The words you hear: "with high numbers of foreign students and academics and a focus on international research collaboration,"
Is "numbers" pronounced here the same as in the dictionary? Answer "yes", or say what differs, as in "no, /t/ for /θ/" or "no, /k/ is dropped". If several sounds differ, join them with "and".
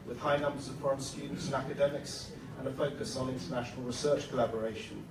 yes